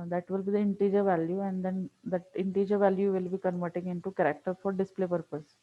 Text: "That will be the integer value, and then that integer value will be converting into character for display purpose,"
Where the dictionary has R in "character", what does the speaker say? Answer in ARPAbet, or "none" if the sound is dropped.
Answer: R